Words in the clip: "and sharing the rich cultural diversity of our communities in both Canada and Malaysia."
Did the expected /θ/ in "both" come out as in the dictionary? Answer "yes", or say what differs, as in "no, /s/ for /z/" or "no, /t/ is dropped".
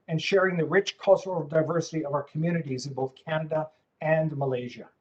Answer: yes